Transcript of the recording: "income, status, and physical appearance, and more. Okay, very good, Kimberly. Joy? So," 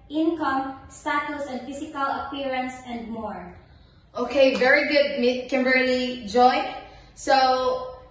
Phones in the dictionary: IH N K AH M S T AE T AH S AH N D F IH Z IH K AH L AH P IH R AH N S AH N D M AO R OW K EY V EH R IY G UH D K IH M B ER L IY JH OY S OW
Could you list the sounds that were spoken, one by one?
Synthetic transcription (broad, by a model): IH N K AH M S T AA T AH S AH N D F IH S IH K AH L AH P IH R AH N S AH N D M AO R OW K EY V EH R IY G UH D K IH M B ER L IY JH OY S OW